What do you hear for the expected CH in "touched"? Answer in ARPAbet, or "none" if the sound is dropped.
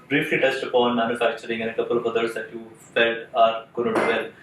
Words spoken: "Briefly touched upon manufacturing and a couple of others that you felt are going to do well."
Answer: S